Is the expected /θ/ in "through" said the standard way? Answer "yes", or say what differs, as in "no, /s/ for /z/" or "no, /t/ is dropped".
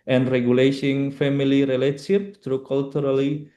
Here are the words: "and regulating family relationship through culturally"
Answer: no, /t/ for /θ/